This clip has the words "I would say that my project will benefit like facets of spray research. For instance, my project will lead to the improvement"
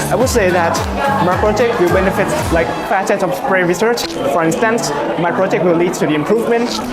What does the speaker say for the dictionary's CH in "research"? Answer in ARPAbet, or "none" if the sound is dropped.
CH